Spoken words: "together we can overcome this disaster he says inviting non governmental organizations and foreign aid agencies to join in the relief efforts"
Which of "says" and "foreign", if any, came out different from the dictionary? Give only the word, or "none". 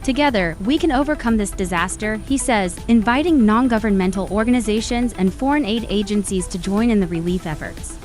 none